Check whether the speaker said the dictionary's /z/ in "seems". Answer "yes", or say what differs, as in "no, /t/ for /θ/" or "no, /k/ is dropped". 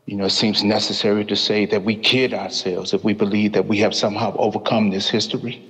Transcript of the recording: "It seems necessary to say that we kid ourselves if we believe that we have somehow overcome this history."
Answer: yes